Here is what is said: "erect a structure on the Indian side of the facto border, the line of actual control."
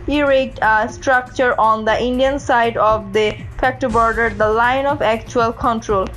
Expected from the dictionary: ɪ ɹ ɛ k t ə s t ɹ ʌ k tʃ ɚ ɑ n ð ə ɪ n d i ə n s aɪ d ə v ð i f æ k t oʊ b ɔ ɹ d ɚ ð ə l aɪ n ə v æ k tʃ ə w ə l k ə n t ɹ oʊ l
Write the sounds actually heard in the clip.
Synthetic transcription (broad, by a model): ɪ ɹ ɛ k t ə s t ɹ ʌ k tʃ ɚ ɑ n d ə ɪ n d i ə n s aɪ d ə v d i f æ k t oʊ b ɔ ɹ d ɚ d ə l aɪ n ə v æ k tʃ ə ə l k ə n t ɹ oʊ l